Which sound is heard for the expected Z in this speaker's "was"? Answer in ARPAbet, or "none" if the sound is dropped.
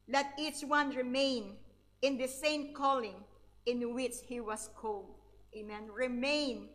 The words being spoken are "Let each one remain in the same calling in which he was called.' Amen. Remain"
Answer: S